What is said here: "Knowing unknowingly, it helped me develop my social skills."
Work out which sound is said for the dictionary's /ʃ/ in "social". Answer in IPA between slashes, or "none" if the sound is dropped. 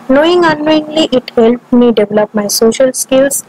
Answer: /ʃ/